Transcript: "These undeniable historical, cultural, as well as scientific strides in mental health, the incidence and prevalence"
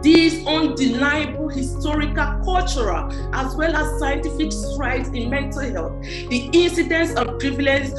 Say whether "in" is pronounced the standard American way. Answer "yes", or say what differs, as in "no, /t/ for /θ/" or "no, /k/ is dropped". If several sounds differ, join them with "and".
yes